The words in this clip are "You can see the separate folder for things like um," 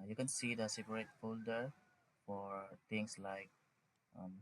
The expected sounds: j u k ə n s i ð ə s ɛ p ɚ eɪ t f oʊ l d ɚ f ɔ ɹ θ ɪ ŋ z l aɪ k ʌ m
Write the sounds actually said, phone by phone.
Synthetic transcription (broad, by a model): j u k ə n s i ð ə s ɛ p ɚ eɪ t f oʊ l d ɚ f ɔ ɹ t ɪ ŋ s l aɪ k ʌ m